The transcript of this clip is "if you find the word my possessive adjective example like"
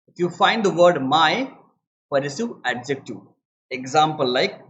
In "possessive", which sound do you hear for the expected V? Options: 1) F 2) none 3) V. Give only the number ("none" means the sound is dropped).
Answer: 2